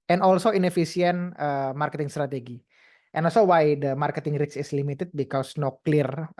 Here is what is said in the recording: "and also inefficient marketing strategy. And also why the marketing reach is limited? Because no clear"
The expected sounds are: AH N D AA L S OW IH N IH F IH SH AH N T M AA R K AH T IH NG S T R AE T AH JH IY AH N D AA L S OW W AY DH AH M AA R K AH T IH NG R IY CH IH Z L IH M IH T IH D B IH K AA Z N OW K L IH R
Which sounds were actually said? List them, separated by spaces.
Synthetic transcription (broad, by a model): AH N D AA L S OW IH N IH F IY S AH N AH M AA R K AH T IH NG S T R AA T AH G IY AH N AA L S OW W AY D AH M AA R K AH T IH NG R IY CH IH S L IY M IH T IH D B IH K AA S N OW K L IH R